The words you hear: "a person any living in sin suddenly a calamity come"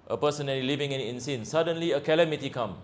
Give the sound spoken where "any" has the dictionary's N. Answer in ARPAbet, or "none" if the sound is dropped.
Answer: L